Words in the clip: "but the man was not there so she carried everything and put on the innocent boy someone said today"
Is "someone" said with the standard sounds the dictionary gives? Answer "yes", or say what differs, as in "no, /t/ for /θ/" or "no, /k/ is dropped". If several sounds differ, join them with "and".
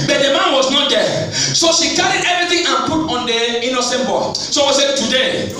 no, /m/ is dropped